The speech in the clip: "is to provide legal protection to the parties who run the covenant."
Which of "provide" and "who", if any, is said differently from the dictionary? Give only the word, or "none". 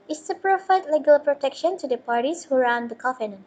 provide